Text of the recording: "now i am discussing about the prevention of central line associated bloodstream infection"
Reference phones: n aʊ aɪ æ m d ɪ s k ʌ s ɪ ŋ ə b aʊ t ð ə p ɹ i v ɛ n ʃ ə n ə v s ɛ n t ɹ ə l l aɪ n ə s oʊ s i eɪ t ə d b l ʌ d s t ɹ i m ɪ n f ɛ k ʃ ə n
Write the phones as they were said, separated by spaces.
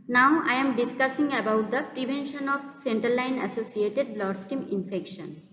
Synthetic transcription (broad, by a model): n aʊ aɪ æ m d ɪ s k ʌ s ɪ ŋ ə b aʊ t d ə p ɹ i v ɛ n ʃ ə n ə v s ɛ n t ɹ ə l l aɪ n ə s oʊ s i eɪ t ə d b l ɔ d s t i m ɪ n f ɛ k ʃ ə n